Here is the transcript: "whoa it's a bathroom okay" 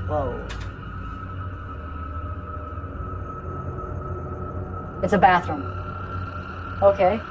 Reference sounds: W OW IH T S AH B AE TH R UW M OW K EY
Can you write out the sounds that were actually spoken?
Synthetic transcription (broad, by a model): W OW IH T S AH B AE TH R UW M OW K EY